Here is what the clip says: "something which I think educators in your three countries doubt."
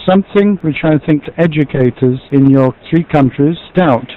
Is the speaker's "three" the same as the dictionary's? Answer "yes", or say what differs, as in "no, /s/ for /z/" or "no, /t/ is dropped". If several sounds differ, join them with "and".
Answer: yes